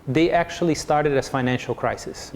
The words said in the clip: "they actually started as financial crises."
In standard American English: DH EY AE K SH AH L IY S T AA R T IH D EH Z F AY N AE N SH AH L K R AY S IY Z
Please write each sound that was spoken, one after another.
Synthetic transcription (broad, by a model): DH EY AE K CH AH L IY S T AA R T IH D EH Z F AY N AE N SH AH L K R AY S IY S